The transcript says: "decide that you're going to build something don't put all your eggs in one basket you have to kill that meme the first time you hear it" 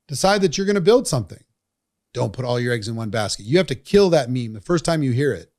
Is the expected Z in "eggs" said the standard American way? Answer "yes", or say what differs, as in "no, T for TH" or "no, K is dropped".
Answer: yes